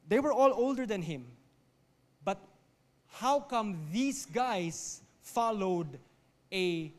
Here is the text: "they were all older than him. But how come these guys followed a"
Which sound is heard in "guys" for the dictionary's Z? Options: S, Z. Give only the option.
S